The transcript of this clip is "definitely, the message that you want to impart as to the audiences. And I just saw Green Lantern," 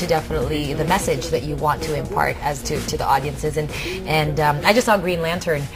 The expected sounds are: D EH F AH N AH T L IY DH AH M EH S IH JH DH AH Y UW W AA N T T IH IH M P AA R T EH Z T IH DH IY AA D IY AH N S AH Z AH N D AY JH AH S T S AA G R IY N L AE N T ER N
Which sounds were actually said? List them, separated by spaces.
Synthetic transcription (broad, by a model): D EH F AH N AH T L IY DH AH M EH S IH JH DH AH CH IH W AA N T T IH IH M P AA R T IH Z T IH DH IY AA D IY AH N S AH Z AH N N AY JH AH S T S AA G R IY N L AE N T ER N